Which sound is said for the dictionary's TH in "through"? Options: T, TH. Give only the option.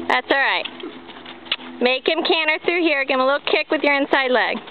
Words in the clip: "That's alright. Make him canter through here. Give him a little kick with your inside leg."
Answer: TH